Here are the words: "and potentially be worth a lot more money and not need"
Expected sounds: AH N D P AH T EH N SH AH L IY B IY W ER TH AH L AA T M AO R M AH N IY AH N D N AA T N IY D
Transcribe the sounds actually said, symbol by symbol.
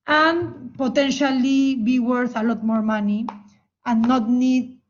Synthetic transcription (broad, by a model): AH N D P AH T EH N SH AH L IY B IY W ER TH AH L AA T M AO R M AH N IY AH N N AA T N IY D